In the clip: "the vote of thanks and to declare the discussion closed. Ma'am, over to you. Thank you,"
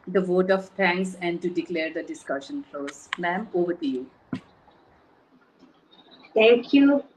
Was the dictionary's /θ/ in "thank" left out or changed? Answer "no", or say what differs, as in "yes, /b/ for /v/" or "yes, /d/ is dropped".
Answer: yes, /t/ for /θ/